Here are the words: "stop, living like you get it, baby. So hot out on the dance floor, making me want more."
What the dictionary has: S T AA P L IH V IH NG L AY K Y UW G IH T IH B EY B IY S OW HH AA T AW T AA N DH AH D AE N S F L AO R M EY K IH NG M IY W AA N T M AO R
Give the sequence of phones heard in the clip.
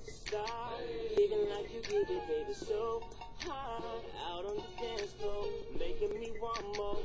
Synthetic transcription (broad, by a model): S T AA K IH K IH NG L AY K Y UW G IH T IH B EY B IY S OW HH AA AW T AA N DH AH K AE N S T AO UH M EY K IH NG M IY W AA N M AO